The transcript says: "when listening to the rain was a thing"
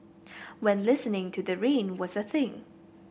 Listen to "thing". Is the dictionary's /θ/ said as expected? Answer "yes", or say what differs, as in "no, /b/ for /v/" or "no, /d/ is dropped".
yes